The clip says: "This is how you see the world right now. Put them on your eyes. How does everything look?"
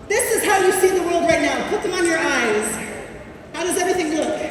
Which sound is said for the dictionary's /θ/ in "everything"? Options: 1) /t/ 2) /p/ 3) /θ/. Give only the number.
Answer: 3